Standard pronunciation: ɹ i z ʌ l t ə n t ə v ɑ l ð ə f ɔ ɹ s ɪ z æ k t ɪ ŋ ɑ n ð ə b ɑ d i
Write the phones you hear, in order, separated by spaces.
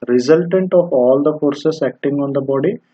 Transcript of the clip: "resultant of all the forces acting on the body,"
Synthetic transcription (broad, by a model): ɹ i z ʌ l t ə n t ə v ɑ l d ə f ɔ ɹ s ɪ s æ k t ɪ ŋ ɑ n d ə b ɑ d i